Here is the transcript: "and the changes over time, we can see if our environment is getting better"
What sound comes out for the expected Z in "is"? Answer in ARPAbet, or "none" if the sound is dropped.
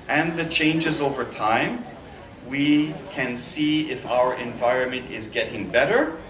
Z